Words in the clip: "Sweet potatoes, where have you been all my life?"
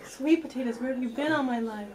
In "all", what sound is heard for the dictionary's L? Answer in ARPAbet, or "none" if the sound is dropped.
N